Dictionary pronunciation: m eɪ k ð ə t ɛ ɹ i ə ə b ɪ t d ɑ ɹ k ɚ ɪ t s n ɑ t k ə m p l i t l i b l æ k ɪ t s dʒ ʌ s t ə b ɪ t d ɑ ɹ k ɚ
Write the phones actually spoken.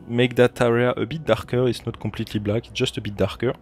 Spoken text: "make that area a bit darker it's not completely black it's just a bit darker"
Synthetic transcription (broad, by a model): m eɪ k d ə t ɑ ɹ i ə ə b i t d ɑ ɹ k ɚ ɪ t s n ɑ t k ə p l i t l i b l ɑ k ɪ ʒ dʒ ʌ s t ə b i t d ɑ ɹ k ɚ